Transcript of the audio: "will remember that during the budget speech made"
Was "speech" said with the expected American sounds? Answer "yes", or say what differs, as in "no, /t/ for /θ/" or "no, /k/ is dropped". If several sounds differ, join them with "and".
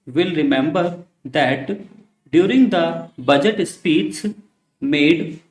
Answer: no, /s/ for /tʃ/